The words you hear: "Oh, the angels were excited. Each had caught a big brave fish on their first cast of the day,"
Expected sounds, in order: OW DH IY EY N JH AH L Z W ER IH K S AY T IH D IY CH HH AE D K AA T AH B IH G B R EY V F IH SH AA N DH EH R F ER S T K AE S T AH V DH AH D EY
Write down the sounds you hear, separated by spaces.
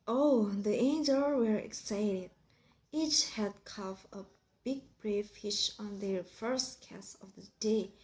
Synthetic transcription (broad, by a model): OW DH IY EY N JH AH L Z W ER IH K S AY T IH D IY CH HH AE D K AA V AH B IH G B R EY F IH SH AA N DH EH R F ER S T K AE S AH V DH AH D EY